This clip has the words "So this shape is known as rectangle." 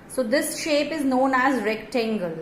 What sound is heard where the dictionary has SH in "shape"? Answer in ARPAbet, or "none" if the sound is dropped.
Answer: SH